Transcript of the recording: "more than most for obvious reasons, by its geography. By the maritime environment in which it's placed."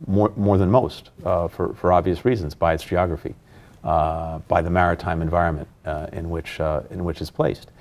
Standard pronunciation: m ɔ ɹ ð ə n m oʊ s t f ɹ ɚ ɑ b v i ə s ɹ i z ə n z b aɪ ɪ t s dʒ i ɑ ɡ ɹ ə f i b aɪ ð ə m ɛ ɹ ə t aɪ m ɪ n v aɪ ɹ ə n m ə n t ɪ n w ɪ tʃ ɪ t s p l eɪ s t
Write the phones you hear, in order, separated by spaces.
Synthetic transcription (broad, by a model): m ɔ ɹ ð ə n m oʊ s t f ɹ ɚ ɑ b v i ə s ɹ i z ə n z b aɪ ɪ t s dʒ i ɑ ɡ ɹ ə f i b aɪ ð ə m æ ɹ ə t aɪ m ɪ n v aɪ ɹ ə n m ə n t ɪ n w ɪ tʃ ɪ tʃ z p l eɪ s t